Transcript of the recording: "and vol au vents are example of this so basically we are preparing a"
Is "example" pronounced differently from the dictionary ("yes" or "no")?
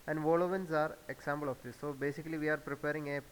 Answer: yes